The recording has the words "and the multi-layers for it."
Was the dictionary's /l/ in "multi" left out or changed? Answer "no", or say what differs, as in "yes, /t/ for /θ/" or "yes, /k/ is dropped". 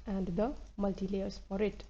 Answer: no